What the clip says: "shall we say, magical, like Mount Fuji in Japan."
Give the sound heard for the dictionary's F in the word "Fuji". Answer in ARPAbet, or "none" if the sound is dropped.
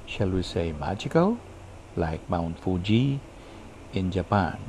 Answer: F